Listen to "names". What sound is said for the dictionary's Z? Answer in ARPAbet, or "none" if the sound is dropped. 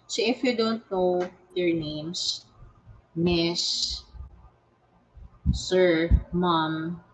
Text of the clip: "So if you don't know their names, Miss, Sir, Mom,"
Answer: S